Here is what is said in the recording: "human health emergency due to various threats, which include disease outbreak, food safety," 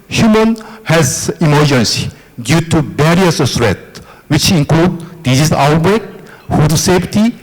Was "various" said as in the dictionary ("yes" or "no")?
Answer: no